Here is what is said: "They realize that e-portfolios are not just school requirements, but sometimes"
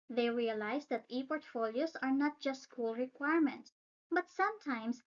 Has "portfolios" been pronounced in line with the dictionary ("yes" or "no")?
no